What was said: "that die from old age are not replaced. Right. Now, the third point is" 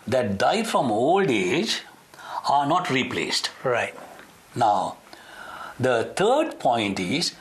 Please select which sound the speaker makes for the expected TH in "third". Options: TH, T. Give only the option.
T